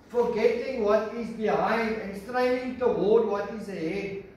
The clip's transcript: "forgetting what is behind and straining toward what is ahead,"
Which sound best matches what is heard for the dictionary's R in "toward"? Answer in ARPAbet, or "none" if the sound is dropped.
L